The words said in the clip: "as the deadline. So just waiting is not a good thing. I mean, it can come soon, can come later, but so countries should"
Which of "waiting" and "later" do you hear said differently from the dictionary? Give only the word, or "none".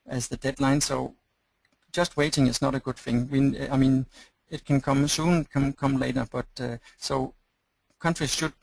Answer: none